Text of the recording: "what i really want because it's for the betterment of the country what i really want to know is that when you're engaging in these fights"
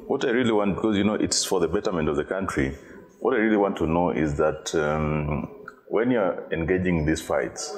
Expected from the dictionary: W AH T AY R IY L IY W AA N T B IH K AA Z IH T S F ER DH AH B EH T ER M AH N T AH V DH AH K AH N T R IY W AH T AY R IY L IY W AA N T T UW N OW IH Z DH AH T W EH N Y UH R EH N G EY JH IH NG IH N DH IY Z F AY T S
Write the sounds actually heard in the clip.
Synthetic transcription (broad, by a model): W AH T AY R IY L IY W AA N T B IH K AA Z IH T S F ER DH AH B EH T ER M AH N T AH V DH AH K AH N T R IY W AH T AY R IY L IY W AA N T T UW N OW IH Z DH AH T W EH N Y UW R EH N G EY JH IH NG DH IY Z F AY T S